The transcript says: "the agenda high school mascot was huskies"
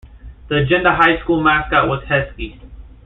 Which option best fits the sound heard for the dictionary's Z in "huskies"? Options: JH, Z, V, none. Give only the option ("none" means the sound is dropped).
none